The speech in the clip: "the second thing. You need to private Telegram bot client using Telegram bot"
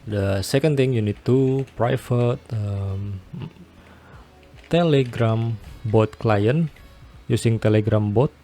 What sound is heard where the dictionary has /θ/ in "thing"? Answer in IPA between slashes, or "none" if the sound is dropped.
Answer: /t/